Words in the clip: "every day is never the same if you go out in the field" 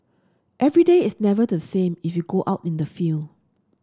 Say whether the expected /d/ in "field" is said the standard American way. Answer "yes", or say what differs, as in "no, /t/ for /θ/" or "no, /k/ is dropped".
no, /d/ is dropped